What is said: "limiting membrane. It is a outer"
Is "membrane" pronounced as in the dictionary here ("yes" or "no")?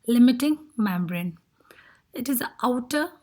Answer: yes